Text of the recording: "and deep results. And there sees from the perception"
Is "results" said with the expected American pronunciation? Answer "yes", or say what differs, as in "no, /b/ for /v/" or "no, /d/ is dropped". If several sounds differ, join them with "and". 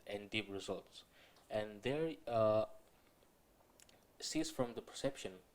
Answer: yes